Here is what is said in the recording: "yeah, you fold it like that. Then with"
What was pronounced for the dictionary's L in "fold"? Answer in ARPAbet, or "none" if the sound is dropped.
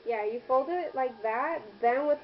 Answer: L